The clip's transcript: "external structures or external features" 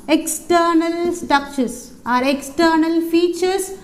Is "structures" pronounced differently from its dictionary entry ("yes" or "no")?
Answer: yes